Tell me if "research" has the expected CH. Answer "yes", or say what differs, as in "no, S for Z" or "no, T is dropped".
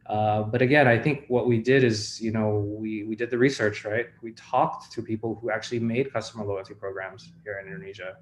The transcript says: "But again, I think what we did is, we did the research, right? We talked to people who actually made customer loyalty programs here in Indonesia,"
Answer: yes